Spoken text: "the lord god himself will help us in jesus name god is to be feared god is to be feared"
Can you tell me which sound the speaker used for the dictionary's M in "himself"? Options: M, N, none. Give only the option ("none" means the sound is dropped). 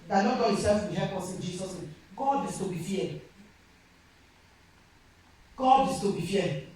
none